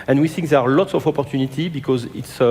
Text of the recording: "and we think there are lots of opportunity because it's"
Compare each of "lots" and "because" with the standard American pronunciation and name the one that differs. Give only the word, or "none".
none